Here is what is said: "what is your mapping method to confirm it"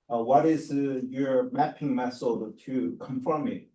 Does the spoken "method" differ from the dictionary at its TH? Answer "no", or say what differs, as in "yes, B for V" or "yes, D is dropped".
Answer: yes, S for TH